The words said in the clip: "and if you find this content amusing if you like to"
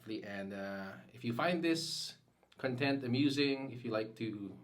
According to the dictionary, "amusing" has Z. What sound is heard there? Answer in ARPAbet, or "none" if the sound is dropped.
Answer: Z